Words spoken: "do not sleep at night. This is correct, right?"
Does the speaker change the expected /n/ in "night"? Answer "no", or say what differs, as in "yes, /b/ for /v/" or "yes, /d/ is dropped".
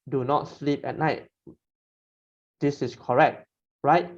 no